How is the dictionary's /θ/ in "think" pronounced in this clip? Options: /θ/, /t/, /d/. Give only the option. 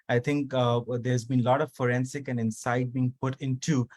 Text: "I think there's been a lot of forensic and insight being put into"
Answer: /t/